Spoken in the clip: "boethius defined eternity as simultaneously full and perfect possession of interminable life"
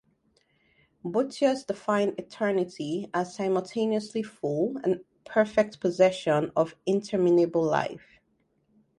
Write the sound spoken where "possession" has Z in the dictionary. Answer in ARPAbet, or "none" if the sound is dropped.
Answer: Z